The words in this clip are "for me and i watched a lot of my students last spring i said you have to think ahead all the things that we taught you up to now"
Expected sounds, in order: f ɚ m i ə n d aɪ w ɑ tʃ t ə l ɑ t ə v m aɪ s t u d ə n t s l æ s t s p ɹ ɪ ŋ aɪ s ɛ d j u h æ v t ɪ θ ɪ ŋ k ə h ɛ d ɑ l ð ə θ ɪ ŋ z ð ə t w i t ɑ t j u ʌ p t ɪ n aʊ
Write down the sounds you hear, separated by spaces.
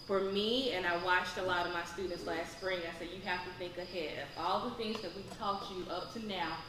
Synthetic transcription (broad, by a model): f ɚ m i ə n aɪ w ɑ tʃ t ə l ɑ t ə v m aɪ s t u d n t s l æ s t s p ɹ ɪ ŋ aɪ s ɛ d j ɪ h æ f t ɪ θ ɪ ŋ k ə h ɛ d ɑ l ð ə θ ɪ ŋ z ð ə t w i t ɑ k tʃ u ʌ p t ɪ n aʊ